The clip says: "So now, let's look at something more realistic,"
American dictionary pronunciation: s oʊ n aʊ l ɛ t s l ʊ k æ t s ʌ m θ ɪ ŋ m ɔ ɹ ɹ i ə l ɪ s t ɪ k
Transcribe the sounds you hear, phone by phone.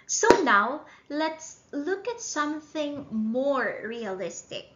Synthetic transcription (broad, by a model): s oʊ n aʊ l ɛ t s l ʊ k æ t s ʌ m θ ɪ ŋ m ɔ ɹ ɹ i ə l ɪ s t ɪ k